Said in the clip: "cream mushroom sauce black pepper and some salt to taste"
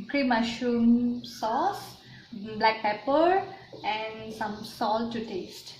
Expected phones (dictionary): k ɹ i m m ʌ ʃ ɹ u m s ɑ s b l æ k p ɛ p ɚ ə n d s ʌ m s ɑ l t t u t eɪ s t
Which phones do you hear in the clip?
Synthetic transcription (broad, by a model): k ɹ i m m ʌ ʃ u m s ɑ s b l æ k p ɛ p ɚ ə n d s ʌ m s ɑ l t t u t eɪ s t